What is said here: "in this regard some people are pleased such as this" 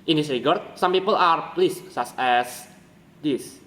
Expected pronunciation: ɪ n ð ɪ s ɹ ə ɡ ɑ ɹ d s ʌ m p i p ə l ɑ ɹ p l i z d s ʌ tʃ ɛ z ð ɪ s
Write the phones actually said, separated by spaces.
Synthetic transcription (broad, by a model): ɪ n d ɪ s ɹ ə ɡ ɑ ɹ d s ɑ m p i p ə l ɑ ɹ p l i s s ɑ s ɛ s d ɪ s